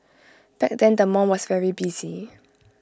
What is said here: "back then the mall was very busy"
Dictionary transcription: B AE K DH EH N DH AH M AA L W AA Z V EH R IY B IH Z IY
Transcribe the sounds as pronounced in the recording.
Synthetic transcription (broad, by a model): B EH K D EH N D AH M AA N W AA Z V EH R IY B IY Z IY